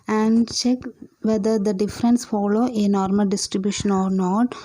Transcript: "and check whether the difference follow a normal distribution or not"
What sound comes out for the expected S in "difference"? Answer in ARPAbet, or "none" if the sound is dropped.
S